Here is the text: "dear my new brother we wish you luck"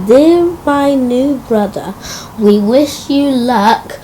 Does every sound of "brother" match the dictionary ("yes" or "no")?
yes